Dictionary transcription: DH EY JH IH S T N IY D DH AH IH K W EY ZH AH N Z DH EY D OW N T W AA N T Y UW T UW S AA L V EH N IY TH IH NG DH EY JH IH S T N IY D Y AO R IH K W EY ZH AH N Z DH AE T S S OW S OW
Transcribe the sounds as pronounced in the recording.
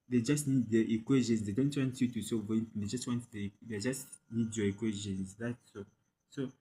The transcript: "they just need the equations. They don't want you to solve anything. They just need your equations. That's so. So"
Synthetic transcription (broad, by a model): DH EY JH IH S T N IY D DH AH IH K W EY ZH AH N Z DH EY D OW N T W AA N T Y UW T UW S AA V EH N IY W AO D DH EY JH IH S T N IY D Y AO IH K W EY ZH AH N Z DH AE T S S OW S OW